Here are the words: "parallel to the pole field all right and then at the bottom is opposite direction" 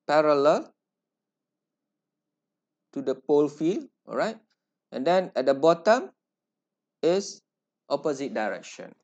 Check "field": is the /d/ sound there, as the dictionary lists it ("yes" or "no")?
no